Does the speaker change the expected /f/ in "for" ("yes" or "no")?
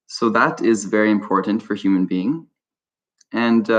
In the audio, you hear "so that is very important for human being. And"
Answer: no